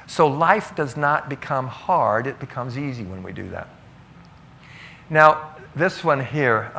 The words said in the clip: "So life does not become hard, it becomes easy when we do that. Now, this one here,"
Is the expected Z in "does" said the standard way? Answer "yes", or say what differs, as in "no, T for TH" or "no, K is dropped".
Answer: yes